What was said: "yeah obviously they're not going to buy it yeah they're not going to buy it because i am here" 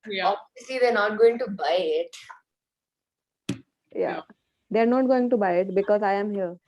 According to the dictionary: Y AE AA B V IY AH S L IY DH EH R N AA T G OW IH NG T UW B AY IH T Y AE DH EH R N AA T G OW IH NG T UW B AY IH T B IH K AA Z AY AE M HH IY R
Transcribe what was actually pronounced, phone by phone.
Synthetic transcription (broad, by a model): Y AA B IY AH S L IY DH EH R N AA T G OW IH NG T UW B AY IH T Y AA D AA R N AA T G OW IH NG T UW B AY IH T B IH K AA Z AY AE M HH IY R